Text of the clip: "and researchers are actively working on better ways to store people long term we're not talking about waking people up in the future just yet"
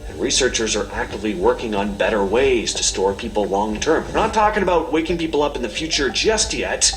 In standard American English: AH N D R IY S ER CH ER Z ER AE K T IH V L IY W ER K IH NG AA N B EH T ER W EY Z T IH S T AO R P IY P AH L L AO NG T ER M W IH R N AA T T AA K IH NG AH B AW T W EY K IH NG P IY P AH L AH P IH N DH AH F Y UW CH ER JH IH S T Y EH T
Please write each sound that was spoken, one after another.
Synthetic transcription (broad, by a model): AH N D R IY S ER CH ER Z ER AE K T IH V L IY W ER K IH NG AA N B EH T ER W EY Z T IH S T AO R P IY P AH L L AO NG T ER M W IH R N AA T T AA K IH NG AH B AW T W EY K IH NG P IY P L AH P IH N DH AH F Y UW CH ER JH IH S T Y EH T